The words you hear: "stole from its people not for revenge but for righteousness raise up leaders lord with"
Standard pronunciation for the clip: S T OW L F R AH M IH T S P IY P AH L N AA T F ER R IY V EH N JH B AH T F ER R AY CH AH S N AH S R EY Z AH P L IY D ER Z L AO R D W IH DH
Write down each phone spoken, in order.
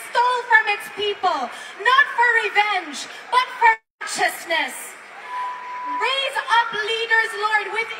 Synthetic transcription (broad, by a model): S T OW L F R AH M IH T S P IY P AH L N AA T F ER R IY V EH N JH B AH T F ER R CH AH S N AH S R EY Z AH P L IY D ER Z L AO R D W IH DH